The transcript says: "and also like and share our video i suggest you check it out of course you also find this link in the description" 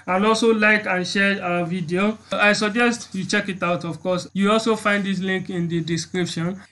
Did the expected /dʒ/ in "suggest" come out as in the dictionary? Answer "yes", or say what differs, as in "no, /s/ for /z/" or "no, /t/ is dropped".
yes